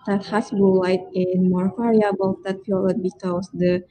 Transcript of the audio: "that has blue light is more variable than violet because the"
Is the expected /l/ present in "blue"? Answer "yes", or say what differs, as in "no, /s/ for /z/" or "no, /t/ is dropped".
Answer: no, /l/ is dropped